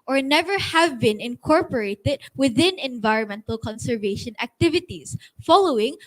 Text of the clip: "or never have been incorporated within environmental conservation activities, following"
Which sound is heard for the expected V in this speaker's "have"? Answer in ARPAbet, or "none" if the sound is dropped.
V